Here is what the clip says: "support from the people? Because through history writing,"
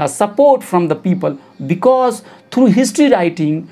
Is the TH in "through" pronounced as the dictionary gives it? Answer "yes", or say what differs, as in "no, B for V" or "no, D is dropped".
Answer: no, T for TH